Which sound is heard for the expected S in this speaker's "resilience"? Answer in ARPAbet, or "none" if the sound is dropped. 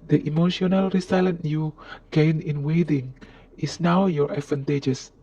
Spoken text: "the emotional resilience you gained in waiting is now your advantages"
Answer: none